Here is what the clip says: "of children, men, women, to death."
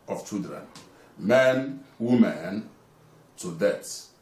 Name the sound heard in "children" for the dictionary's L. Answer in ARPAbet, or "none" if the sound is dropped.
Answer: none